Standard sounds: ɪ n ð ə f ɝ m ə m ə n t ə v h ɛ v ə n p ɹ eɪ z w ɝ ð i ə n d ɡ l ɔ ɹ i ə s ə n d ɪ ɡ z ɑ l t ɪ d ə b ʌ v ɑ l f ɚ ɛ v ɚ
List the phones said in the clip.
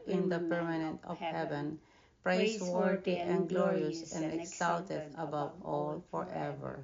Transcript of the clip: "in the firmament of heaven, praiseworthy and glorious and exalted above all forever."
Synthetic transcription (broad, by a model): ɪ n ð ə p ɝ m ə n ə n t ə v h ɛ v ə n p ɹ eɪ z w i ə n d ɡ l ɔ ɹ i ə s ə n d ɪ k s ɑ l t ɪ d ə b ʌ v ɑ l f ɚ ɛ v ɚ